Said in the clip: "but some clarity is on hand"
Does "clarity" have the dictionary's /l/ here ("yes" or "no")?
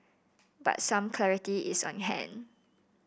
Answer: yes